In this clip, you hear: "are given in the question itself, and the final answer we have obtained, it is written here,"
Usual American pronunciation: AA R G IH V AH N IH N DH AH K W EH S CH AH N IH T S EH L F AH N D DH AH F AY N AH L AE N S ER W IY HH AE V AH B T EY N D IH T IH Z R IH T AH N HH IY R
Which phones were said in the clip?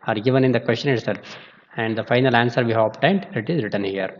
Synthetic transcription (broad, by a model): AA R G IH V AH N IH N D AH K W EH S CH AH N IH T S EH L F AH N D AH F AY N AH L AE N S ER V IY HH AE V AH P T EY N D IH T IH Z R IH T AH N HH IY R